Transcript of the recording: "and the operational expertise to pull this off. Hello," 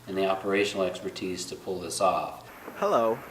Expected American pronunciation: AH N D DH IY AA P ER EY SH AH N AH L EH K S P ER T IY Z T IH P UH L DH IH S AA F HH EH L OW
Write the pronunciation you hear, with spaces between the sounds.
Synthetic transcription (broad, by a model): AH N DH IY AA P ER EY SH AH N L EH K S P ER T IY Z T IH P UH L DH IH S AA F HH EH L OW